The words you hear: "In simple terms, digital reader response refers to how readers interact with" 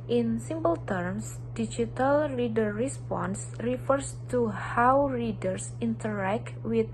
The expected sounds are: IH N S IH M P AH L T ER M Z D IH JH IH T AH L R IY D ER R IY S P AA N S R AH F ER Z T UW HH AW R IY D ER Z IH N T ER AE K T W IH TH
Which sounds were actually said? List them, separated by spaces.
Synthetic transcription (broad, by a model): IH N S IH M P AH L T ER M S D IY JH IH T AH L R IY D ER R IY S P AA N S R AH F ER S T UW HH AW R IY D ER S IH N T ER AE K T W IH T